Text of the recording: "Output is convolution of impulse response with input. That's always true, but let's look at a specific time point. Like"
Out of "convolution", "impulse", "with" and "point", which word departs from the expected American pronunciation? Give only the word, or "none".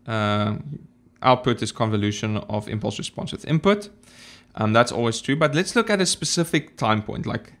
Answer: none